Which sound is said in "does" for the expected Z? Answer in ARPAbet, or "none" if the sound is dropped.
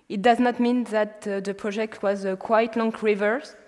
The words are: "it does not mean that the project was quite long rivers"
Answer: Z